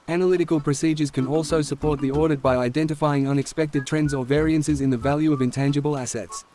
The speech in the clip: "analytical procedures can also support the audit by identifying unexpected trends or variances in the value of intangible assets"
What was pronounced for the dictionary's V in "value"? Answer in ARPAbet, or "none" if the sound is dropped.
V